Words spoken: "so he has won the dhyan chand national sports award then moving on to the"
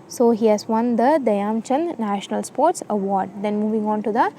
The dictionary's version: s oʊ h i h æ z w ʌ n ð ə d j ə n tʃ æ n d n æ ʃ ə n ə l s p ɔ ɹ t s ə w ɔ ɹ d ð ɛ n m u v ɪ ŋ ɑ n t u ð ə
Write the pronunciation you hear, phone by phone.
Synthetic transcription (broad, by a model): s oʊ h i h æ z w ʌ n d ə d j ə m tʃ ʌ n n æ ʃ ə n ə l s p ɔ ɹ t s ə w ɔ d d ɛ n m u v ɪ ŋ ɑ n t u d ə